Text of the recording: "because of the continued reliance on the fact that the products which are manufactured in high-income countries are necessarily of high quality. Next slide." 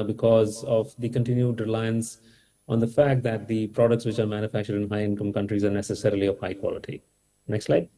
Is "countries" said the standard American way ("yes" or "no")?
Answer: yes